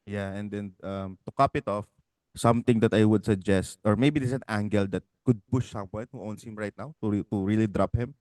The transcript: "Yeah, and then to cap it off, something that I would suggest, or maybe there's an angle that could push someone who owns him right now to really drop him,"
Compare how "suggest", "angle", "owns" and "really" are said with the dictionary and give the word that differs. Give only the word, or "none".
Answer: owns